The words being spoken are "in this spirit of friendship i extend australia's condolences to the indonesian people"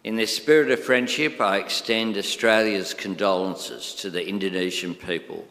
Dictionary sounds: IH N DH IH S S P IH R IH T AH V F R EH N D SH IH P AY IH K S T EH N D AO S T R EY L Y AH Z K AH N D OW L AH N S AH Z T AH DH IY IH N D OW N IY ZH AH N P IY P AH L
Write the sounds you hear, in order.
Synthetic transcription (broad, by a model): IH N DH IH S S P IH R IH T AH V F R EH N D SH IH P AY IH K S T EH N D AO S T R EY L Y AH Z K AH N D OW L AH N S AH Z T AH DH IY IH N D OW N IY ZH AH N P IY P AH L